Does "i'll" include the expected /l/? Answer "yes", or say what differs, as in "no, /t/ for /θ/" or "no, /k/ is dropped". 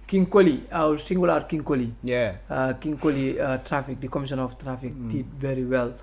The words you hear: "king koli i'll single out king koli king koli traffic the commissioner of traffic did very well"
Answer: no, /w/ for /l/